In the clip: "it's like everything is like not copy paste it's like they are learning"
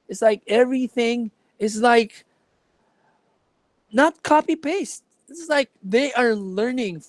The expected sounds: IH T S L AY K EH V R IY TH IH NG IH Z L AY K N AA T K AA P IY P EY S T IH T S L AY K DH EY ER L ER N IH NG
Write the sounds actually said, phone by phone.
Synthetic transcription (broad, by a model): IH T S L AY K EH V R IY TH IH NG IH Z L AY K N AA T K AA P IY P EY S T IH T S L AY K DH EY ER L ER N IH NG